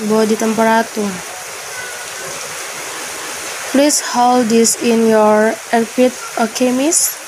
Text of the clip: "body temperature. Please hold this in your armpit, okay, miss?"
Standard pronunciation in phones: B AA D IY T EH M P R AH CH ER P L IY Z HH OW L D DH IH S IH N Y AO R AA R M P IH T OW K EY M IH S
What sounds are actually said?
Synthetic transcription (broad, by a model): B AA D IY T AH M P R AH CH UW P L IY S HH OW L D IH S IH N Y AO R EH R P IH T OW K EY M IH S